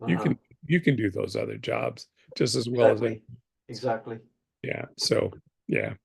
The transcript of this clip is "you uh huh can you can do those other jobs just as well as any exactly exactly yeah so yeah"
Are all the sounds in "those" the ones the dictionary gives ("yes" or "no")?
yes